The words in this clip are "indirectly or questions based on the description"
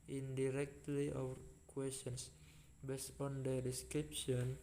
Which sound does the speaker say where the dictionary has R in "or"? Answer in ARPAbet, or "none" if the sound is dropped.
W